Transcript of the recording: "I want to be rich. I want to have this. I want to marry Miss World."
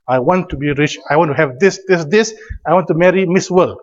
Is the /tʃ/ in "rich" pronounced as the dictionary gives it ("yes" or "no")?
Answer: yes